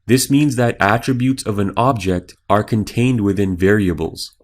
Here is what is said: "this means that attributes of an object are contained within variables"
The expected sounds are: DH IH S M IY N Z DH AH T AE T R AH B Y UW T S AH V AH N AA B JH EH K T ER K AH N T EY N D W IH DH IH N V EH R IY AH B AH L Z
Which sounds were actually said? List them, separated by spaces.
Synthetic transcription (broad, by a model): DH IH S M IY N Z DH AH T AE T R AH B Y UW T S AH V AH N AA B JH EH K T ER K AH N T EY N D W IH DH IH N V EH R IY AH B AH L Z